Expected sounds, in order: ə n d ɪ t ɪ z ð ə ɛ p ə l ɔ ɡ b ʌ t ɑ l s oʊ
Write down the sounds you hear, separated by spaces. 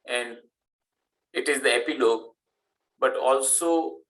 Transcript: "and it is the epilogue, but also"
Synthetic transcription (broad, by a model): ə n d ɪ t ɪ z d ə ɛ p ə l ɔ ɡ b ʌ t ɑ l s oʊ